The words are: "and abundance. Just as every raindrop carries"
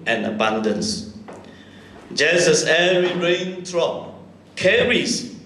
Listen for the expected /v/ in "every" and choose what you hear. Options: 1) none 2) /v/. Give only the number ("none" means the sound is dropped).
1